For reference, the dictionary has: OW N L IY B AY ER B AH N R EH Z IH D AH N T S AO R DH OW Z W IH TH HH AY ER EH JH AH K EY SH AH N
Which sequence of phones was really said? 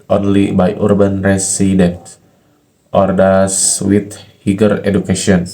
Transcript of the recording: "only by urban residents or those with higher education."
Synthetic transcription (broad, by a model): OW N L IY B AY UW B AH N R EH S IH D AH N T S AO R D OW S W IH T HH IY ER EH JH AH K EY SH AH N